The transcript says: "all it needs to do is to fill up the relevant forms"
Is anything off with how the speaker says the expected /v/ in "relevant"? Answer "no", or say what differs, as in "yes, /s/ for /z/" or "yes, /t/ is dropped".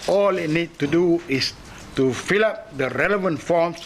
no